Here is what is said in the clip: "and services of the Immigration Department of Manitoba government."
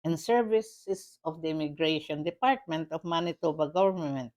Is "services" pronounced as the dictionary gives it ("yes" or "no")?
no